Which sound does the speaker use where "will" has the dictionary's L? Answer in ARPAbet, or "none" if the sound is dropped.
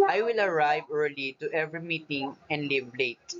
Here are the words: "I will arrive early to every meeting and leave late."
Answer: L